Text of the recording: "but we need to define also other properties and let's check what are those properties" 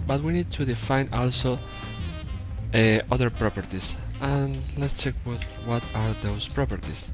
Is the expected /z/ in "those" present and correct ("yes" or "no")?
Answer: no